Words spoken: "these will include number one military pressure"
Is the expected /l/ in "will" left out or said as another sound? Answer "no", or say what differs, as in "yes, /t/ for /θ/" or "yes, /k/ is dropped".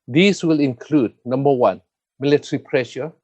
no